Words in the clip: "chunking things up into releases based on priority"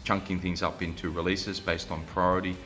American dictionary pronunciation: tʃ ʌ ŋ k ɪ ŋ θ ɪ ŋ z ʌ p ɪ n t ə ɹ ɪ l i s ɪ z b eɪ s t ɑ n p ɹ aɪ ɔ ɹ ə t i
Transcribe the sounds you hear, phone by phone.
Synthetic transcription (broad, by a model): tʃ ʌ ŋ k ɪ ŋ θ ɪ ŋ z ʌ p ɪ n t ə ɹ ɪ l i s ɪ z b eɪ s t n p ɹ aɪ ɔ ɹ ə t i